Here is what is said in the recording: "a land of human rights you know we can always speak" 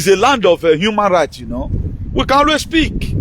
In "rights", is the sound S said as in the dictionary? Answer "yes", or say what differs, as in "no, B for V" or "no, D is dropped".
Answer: no, S is dropped